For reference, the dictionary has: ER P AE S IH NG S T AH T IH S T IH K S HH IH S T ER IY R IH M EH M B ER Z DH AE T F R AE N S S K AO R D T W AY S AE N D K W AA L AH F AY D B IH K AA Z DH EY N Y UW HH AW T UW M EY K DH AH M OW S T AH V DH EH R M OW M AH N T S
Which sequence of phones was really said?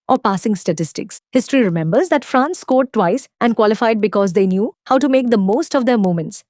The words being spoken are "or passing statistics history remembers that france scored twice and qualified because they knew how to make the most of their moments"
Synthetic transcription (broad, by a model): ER P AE S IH NG S T AH T IH S T IH K S HH IH S T ER IY R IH M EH M B ER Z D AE T F R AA N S S K AO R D T W AY S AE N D K W AA L AH F AY D B IH K AA Z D EY N Y UW HH AW T UW M EY K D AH M OW S T AH V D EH R M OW M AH N T S